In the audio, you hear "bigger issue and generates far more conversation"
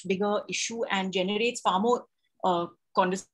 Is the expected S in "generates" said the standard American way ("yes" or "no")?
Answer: yes